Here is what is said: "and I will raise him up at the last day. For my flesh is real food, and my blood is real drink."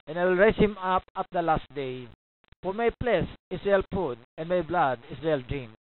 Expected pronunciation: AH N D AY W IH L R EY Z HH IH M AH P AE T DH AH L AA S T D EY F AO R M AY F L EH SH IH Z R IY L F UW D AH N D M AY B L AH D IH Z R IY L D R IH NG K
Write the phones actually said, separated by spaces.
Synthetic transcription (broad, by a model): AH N AY W IH L R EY S HH IH M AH P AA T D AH L AA S T D EY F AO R M AY P L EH S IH S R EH L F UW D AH N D M AY B L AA D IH S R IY L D R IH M